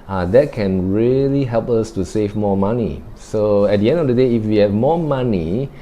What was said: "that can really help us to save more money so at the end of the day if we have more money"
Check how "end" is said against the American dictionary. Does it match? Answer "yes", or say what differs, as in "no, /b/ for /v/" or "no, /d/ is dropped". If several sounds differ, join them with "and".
yes